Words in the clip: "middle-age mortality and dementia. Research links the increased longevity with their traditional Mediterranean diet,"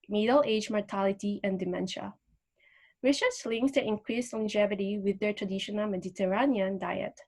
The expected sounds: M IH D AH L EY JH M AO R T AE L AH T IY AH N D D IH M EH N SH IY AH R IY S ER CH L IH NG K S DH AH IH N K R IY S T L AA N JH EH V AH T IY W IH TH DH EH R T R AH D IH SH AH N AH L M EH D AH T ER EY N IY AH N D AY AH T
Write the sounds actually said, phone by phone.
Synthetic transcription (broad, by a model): M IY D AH L EY JH M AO R T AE L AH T IY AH N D D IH M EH N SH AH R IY SH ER S L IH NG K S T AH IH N K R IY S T L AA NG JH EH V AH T IY W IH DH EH R T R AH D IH SH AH N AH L M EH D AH T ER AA N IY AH N D AY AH T